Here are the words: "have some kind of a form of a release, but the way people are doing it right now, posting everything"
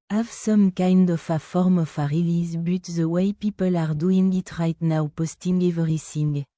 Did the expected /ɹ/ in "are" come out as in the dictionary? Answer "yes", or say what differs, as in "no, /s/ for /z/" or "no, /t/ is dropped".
yes